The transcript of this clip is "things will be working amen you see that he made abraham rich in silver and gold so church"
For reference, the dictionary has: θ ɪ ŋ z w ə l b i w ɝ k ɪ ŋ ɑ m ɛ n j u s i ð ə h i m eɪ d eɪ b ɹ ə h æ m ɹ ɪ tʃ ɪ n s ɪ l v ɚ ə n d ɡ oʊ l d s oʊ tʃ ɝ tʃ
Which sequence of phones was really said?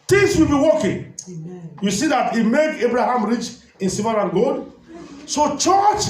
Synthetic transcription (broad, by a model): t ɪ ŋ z w ə l b i w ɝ k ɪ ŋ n j u s i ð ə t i m eɪ d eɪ b ɹ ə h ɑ m ɹ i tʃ ɪ n s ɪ v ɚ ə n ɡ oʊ d s oʊ tʃ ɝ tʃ